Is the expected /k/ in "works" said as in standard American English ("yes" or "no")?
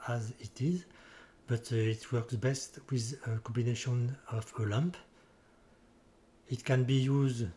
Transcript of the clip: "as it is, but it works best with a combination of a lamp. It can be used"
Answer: yes